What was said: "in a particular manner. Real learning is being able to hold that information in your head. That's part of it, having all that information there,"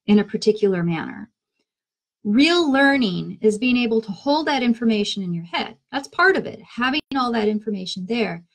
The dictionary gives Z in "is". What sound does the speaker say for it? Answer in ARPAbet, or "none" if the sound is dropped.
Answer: Z